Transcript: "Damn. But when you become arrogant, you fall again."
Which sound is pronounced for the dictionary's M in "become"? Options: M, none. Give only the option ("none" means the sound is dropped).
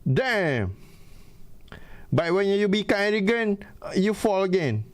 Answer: none